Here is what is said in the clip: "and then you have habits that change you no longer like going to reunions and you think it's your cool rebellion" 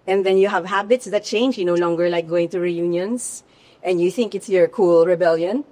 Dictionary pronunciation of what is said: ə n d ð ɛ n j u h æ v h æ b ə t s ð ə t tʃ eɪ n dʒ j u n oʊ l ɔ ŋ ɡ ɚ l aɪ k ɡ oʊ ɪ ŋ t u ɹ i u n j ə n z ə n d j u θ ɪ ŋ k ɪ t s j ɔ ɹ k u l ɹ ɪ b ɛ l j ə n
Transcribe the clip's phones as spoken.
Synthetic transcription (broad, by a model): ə n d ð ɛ n j u h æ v h æ b ə t s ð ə t tʃ eɪ n dʒ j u n oʊ l ɔ ŋ ɡ ɚ l aɪ k ɡ oʊ ɪ ŋ t u ɹ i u n j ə n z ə n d j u θ ɪ ŋ k ɪ t s j ɔ ɹ k u l ɹ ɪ b ɛ l j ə n